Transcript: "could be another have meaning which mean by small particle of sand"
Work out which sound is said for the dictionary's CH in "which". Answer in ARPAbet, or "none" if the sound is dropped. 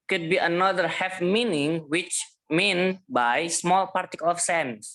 CH